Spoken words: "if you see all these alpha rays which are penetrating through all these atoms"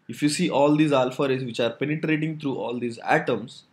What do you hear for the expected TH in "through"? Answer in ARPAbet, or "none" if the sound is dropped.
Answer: T